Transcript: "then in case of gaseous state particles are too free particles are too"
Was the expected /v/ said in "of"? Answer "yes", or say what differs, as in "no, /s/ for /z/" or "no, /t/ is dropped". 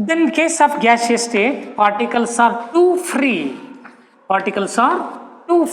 no, /b/ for /v/